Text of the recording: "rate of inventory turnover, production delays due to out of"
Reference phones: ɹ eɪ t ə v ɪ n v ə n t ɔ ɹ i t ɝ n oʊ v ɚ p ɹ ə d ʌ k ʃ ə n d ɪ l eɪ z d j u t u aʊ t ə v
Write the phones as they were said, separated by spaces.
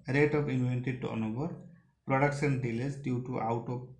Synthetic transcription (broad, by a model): ɹ eɪ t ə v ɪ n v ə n t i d t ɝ n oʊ b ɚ p ɹ ə d ʌ k ʃ ə n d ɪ l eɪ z d j u t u aʊ t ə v